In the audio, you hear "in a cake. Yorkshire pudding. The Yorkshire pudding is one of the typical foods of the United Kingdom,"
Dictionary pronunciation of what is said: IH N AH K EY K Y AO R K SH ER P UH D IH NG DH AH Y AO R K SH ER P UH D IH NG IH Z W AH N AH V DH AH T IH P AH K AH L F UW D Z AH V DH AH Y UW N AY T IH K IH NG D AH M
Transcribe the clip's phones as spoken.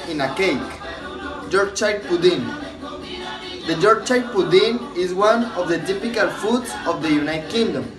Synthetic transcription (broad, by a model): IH N AH K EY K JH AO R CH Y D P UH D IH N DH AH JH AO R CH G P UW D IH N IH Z W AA N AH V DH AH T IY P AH K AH L F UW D S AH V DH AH Y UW N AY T K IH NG D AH M